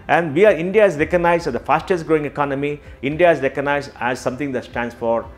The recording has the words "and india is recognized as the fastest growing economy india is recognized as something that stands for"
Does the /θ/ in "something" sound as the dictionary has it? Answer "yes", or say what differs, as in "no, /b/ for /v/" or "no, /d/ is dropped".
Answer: no, /t/ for /θ/